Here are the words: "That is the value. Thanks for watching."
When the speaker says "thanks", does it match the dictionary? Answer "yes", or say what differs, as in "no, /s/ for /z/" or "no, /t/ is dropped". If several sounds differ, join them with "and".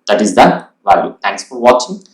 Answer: no, /t/ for /θ/